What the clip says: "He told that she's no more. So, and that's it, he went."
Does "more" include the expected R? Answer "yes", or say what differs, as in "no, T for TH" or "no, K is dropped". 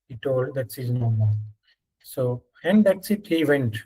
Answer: no, L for R